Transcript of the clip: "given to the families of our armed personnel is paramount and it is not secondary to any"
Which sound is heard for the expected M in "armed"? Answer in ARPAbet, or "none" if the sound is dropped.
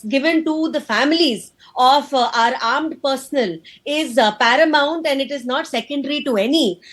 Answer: M